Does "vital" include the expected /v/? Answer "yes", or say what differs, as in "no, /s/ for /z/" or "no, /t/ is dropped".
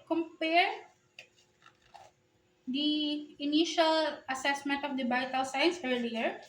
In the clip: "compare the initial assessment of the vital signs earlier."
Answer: no, /b/ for /v/